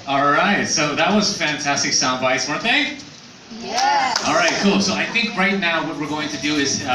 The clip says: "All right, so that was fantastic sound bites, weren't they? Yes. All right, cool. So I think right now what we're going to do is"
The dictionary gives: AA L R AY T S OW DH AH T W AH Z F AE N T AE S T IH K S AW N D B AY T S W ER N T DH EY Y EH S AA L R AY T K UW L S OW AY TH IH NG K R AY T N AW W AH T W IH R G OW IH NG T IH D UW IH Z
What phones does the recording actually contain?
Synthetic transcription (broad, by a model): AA L R AY T S OW DH AH T W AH Z F AE N T AE S T IH K S AW N D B AY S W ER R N DH EY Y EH AA L R AY T K UW L S OW AY TH IH NG K R AY T N AW W AH T W IH R G OW IH NG T IH D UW IH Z